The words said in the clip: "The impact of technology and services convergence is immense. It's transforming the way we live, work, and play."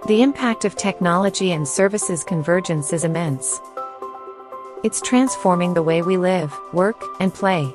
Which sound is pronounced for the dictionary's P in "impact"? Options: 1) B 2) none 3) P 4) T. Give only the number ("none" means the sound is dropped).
3